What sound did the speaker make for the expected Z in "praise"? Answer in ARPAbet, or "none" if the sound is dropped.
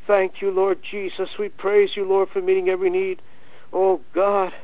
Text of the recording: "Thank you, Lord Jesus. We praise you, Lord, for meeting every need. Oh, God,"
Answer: Z